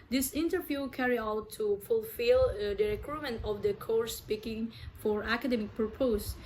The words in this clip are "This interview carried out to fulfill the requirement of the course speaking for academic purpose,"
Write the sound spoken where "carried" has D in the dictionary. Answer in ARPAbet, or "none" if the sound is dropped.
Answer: none